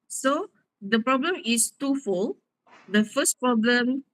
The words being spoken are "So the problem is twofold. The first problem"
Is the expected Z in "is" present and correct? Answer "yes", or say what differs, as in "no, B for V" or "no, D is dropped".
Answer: no, S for Z